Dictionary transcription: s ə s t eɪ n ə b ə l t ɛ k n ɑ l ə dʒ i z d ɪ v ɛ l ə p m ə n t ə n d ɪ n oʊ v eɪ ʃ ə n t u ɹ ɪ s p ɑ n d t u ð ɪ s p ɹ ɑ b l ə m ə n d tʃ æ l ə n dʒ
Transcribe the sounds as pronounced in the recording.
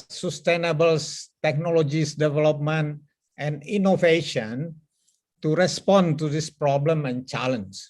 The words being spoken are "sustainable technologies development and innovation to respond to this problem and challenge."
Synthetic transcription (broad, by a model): s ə s t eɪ n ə b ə l t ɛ k n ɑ l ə dʒ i s d ɪ v ɛ l ə p m ə n t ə n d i n oʊ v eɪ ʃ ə n t u ɹ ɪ s p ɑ n t u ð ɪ s p ɹ ɑ b l ə m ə n tʃ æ l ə n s